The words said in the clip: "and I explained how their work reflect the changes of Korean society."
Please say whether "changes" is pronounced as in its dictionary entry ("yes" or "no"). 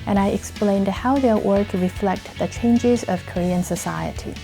yes